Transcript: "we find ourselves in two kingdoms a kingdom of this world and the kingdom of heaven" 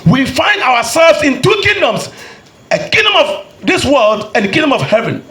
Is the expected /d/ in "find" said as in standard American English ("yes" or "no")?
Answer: yes